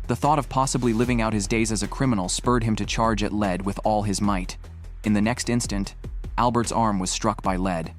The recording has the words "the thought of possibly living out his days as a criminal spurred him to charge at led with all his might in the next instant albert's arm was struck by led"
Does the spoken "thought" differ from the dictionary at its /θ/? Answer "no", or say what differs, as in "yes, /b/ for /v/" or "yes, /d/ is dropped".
no